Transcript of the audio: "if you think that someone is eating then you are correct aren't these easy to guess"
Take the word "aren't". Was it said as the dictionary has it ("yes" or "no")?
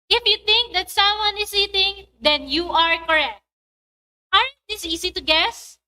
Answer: no